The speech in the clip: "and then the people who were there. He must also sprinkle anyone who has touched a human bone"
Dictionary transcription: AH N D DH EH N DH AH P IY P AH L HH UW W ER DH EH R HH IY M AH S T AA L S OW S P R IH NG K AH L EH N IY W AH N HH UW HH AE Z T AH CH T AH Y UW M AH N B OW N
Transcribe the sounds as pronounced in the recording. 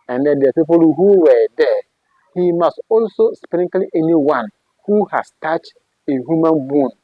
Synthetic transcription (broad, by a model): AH N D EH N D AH P IY P AH L HH UW W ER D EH HH IY M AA S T AA L S OW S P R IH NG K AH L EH N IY W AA N HH UW HH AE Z T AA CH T AH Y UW M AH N B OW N